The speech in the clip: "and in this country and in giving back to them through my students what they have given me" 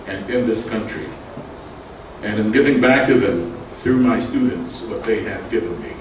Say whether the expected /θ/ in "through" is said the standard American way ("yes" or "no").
yes